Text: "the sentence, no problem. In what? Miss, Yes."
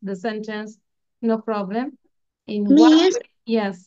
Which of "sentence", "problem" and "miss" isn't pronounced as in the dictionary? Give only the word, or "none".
miss